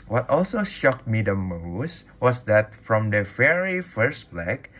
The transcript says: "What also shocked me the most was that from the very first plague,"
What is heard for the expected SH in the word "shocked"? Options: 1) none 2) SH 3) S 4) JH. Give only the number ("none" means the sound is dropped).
2